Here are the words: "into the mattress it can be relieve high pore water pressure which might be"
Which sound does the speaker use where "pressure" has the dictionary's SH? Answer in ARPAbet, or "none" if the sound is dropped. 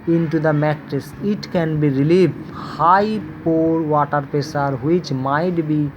S